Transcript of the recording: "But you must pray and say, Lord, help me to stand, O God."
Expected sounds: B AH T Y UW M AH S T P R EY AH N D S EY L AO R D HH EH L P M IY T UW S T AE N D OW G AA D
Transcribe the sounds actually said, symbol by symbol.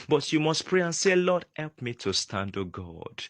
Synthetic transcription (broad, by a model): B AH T Y UW M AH S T P R EY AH N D S EY L AO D HH EH L P M IY T UW S T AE N D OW G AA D